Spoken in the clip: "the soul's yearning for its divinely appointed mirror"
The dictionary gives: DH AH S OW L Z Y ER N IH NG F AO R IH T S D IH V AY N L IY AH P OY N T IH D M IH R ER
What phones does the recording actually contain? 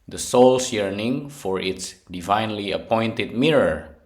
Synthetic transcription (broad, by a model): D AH S OW L S Y ER N IH NG F AO R IH T S D IH V AY N L IY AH P OY N T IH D M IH R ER